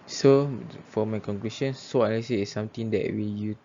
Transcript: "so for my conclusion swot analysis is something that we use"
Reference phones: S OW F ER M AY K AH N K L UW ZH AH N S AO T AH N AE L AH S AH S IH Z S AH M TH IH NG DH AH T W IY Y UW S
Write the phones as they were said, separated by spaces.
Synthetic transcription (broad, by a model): S OW F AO M AY K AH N K L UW SH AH N S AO AH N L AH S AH IH S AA M T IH NG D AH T W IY Y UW